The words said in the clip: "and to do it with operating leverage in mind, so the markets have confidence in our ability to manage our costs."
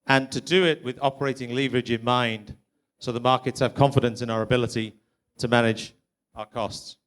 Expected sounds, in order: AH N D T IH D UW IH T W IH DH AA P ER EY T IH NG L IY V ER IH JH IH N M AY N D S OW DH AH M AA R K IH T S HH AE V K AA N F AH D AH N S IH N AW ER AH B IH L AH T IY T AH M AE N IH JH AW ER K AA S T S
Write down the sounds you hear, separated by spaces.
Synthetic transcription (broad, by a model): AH N T IH D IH IH T W IH DH AA P ER EY T IH NG L IY V ER IH JH IH N M AY N D S OW DH AH M AA R K IH T S HH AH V K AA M F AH D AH N S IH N AW ER AH B IH L AH T IY T AH M AE N IH JH AW ER K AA S T S